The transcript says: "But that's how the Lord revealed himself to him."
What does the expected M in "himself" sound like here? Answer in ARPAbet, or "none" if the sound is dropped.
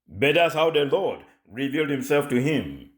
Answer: M